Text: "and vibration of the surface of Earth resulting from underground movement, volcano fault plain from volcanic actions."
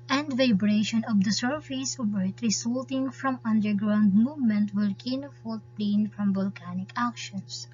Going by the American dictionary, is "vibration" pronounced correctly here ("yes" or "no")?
yes